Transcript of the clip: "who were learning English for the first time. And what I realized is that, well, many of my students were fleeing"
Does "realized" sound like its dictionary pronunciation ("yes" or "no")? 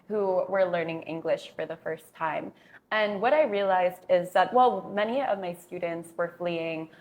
yes